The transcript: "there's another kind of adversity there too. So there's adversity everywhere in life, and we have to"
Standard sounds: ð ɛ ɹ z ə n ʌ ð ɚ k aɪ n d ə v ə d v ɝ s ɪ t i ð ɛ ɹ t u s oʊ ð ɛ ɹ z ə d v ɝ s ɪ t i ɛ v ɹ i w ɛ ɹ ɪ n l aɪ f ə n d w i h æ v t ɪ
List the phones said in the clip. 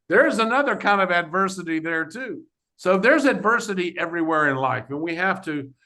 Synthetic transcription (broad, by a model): ð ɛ ɹ z ə n ʌ ð ɚ k aɪ n d ə v ə d v ɝ s ɪ t i ð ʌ ɹ t u s oʊ ð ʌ ɹ z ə d v ɝ s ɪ t i ɛ v ɹ i w ɛ ɹ ɪ n l aɪ f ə n w i h æ f t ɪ